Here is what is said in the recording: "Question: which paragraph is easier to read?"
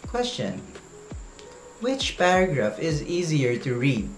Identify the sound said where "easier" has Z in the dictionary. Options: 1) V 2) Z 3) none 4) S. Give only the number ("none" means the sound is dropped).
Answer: 2